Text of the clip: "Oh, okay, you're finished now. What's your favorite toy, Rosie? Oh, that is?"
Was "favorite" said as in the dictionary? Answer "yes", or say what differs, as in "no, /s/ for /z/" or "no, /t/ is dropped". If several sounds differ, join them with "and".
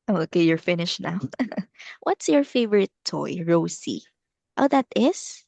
yes